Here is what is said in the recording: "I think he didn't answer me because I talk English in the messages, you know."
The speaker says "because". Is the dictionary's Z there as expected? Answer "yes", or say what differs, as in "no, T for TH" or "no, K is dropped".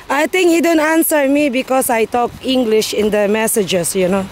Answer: no, S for Z